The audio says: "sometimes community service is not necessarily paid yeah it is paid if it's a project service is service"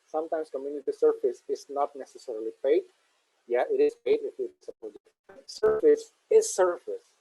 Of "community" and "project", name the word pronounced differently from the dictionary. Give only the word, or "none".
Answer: project